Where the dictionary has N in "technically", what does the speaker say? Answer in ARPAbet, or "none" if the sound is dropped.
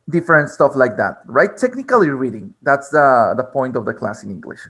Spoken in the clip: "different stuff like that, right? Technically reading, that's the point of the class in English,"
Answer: N